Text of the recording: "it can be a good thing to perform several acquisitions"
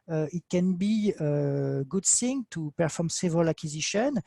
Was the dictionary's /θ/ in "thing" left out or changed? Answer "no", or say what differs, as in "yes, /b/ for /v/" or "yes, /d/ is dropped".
yes, /s/ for /θ/